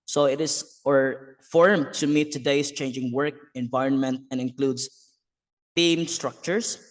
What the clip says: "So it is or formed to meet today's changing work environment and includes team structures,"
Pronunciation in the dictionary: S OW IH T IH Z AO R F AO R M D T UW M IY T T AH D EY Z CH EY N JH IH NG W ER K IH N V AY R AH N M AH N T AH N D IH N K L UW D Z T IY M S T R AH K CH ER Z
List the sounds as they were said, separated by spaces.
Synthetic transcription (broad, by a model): S OW IH T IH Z AO R F AO R M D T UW M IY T T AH D EY S CH EY N JH IH NG W ER K IH N V AY R AH N M AH N T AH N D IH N K L UW D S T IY M S T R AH K CH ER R